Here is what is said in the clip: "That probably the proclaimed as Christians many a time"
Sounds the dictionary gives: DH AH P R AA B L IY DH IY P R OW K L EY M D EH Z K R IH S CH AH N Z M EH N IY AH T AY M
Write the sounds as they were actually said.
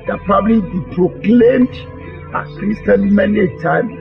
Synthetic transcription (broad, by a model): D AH P R AA B L IY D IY P R OW K L EY M D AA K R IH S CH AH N M EH N IY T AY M